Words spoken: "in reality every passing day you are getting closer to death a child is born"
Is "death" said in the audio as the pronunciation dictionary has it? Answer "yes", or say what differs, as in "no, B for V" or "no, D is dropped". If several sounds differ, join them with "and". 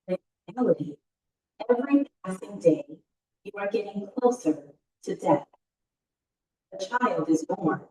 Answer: yes